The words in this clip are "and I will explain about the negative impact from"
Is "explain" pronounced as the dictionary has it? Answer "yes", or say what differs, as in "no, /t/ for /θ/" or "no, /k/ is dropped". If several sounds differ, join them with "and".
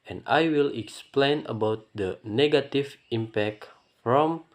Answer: yes